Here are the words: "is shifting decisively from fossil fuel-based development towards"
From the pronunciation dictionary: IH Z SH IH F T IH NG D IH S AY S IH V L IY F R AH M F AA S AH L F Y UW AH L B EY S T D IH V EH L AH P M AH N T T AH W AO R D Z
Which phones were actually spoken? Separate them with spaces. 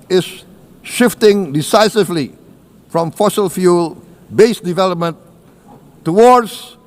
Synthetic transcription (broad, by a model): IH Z SH IH F T IH NG D IH S AY S IH V L IY F R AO M F AA S AH L F Y UW L B EY S D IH V EH L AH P M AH N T T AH W AO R D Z